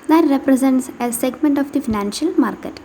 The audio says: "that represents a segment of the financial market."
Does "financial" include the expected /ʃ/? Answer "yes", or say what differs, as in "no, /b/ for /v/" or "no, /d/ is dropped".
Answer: yes